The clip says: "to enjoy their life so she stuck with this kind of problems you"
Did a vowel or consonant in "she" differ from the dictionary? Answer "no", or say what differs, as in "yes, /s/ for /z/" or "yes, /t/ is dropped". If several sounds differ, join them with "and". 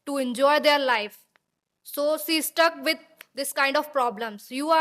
yes, /s/ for /ʃ/